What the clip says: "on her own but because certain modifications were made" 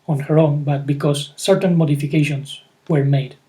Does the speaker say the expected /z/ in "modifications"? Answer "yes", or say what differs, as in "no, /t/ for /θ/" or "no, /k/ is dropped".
no, /s/ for /z/